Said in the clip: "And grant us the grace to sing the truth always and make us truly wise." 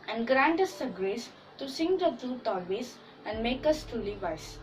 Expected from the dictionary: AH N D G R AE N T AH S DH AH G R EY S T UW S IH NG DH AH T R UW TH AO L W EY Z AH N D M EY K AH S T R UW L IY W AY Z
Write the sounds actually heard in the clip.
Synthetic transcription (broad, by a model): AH N D G R AE N T AH S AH G R EY S T UW S IH NG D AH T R UW T AO L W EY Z AH N D M EY K AH S T R UW L IY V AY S